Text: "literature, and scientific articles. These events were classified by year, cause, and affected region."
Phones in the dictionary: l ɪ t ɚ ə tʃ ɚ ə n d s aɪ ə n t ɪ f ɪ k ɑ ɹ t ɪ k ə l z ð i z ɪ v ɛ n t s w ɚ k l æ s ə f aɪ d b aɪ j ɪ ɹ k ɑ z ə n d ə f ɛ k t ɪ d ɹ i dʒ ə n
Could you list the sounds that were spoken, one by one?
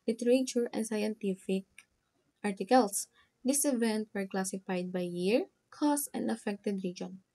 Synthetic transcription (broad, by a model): l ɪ t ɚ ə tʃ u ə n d s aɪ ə n t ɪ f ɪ k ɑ ɹ t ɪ k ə l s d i s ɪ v ɛ n t w ɚ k l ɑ s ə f aɪ d b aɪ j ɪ ɹ k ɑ s ə n d ə f ɛ k t ɪ d ɹ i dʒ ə n